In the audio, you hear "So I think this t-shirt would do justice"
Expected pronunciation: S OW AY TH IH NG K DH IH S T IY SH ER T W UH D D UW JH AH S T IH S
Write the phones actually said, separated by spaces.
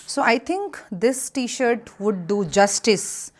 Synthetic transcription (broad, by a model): S OW AY T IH NG K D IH S T IY SH ER T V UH D D UW JH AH S T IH S